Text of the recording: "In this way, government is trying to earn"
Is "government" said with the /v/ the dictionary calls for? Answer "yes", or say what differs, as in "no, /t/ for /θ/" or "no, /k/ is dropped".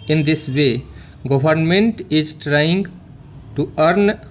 no, /b/ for /v/